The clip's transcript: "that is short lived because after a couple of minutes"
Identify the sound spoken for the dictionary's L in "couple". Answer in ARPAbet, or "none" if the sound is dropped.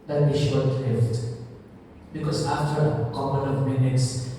N